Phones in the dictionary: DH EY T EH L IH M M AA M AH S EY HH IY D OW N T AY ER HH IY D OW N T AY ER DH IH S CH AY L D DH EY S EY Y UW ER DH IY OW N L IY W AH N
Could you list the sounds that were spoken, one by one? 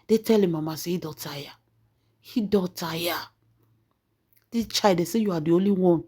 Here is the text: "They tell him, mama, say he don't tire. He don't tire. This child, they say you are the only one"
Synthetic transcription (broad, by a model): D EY T EH L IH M M AA M AH S EY HH IY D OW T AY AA HH IY D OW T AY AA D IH CH AY D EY S EY Y UW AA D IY OW N L IY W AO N